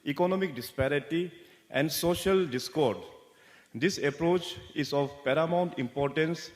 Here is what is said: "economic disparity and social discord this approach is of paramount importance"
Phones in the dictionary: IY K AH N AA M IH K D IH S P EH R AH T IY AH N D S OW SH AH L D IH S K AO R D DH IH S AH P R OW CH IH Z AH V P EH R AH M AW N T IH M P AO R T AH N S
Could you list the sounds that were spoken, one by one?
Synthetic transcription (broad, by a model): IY K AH N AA M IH K D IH S P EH R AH T IY AH N D S OW SH AH L D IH S K AO R D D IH S AH P R OW CH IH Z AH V P EH R AH M AW N T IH M P AO R T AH N S